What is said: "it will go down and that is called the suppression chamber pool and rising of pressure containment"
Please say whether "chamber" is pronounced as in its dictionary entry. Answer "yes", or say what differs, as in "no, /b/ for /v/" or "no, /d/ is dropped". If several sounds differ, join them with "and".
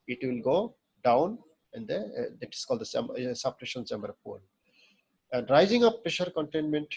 no, /s/ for /tʃ/